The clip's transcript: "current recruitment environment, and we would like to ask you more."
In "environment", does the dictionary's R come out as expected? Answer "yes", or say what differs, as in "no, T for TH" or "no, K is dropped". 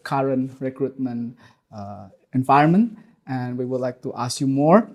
no, R is dropped